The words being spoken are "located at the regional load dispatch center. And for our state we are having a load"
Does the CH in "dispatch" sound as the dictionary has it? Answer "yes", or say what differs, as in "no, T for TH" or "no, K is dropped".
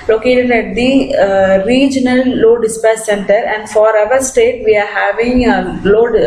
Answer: no, S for CH